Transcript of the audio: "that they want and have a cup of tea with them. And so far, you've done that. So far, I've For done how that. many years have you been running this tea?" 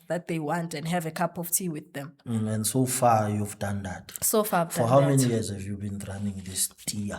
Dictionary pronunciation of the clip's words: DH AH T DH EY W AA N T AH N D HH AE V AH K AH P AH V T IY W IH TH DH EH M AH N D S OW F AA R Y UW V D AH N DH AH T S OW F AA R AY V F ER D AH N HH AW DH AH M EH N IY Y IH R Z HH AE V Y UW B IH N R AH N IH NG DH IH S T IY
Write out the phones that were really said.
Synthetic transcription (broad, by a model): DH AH T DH EY W AA N T AH N D HH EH V AH K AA P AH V T IY W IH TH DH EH M AH N D S OW F AA Y UW V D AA N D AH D S OW F AA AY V F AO HH AW M EH N IY Y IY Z HH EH V Y UW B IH N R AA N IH NG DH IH S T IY